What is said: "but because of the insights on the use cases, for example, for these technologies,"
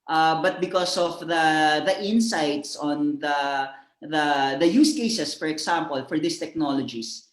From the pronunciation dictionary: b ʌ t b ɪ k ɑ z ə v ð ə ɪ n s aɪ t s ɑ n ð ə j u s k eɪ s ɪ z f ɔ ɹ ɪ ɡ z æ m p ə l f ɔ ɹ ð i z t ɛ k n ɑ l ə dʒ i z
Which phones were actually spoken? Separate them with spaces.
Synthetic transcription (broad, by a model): b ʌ t b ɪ k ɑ s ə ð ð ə ɪ n s aɪ t s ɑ n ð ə j u s k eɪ s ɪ s f ɔ ɹ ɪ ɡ s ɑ m p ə l f ɔ ɹ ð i s t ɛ k n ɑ l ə dʒ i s